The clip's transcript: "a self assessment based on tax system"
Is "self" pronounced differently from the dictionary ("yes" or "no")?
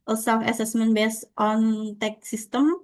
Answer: yes